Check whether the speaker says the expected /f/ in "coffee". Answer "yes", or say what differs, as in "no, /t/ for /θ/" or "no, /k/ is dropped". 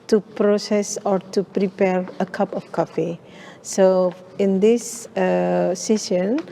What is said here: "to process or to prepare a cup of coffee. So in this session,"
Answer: yes